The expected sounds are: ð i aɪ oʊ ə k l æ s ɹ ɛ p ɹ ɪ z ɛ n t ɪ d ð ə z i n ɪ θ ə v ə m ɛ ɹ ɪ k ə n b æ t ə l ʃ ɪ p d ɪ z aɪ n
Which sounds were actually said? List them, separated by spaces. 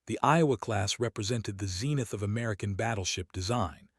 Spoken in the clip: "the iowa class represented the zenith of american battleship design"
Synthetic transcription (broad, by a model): ð i aɪ oʊ ə k l æ s ɹ ɛ p ɹ ɪ z ɛ n t ɪ d ð ə z i n ɪ θ ə v ə m ɛ ɹ ɪ k ə n b æ t l ʃ ɪ p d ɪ z aɪ n